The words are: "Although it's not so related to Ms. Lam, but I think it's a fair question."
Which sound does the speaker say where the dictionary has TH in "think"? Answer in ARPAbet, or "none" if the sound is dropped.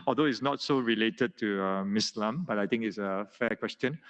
T